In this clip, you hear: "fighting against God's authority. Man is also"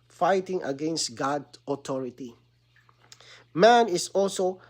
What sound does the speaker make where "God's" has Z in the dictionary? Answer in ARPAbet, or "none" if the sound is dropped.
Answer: none